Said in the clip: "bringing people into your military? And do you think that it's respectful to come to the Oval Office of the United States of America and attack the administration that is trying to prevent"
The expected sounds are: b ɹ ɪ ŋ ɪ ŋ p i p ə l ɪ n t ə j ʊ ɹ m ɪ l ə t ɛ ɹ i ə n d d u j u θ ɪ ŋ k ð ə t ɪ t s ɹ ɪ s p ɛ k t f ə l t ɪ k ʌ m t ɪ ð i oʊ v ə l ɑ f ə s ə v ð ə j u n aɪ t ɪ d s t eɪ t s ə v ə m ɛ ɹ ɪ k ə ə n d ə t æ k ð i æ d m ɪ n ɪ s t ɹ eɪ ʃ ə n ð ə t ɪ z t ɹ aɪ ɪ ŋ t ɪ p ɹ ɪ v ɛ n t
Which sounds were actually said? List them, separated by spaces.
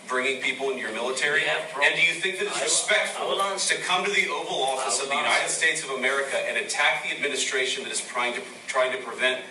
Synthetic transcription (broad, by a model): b ɹ ɪ ŋ ɪ ŋ p i p l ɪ n j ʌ ɹ m ɪ l ə t ɛ ɹ i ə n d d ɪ j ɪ θ ɪ ŋ k ð ə t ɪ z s ɹ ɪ s p ɛ k t f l t ɪ k ʌ m t ɪ ð i oʊ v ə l ɑ f ə s ə v ð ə j u n aɪ t ɪ d s t eɪ t s ə v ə m ɛ ɹ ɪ k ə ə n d ə t æ k ð i æ d m ɪ n ɪ s t ɹ eɪ ʃ ə n ð ə t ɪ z t ɹ aɪ ɪ ŋ t ɪ p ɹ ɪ v ɛ n t